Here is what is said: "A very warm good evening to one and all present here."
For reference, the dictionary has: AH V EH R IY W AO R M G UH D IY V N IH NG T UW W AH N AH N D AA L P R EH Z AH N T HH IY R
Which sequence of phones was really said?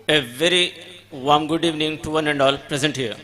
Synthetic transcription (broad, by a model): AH V EH R IY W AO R M G UH D IY V N IH NG T UW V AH N AH N D AA L P R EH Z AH N T HH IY R